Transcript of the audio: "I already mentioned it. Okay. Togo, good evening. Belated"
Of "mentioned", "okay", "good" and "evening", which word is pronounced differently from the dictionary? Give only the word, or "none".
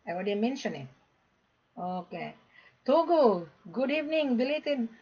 mentioned